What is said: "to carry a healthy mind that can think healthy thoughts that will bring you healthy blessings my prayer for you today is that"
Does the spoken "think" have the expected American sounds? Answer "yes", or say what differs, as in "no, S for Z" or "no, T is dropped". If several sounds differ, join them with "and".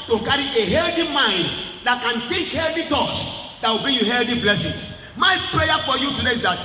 no, T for TH and NG is dropped